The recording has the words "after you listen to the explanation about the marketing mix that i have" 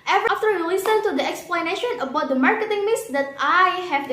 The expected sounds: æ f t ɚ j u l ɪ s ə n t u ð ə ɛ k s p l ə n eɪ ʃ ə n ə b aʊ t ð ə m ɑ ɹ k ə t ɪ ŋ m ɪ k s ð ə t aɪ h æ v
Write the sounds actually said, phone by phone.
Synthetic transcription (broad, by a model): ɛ f t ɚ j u l ɪ s ə n t u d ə ɛ k s p l ə n eɪ ʃ ə n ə b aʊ t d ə m ɑ ɹ k ə t ɪ ŋ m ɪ s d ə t aɪ h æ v